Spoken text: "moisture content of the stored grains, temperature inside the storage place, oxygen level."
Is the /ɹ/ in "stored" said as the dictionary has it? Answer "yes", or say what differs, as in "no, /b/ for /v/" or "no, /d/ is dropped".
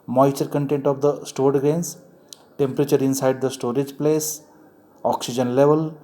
yes